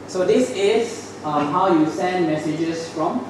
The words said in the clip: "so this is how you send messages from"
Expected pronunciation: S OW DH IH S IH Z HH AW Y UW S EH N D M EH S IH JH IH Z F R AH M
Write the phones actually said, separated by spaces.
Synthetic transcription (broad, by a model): S OW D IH S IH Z HH AW Y UW S EH N D M EH S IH JH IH S F R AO M